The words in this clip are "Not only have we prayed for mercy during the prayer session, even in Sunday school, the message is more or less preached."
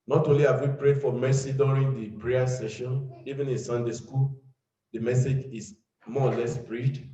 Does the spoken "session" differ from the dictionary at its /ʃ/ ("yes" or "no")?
no